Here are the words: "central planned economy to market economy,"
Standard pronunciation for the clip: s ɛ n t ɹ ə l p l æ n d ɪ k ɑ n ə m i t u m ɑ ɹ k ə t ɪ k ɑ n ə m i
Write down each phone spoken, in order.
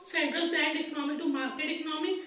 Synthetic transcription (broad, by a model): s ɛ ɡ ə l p æ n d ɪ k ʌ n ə m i t u m ɑ ɹ k ə t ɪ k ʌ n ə m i